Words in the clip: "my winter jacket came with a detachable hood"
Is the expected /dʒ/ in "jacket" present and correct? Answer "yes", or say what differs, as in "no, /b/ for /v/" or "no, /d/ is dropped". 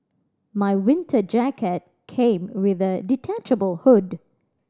yes